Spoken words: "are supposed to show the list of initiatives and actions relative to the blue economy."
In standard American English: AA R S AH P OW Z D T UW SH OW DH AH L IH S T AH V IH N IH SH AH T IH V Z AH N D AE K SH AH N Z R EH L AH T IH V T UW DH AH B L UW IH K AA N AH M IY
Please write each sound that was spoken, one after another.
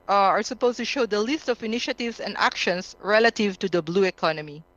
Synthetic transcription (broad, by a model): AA R S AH P OW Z T UW SH OW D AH L IH S T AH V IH N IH SH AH T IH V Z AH N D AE K SH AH N S R EH L AH T IH V T UW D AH B L UW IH K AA N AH M IY